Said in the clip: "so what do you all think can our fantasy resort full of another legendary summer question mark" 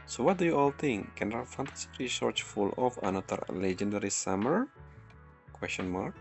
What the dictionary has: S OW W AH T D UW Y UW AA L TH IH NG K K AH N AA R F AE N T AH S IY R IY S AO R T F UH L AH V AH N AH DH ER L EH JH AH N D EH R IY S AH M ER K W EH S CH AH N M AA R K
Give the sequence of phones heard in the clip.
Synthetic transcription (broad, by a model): S OW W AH T D UW Y UW AA L T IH NG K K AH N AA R F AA N T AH S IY R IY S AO R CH F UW L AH F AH N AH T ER L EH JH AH N D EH R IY S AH M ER K W EH S CH AH N M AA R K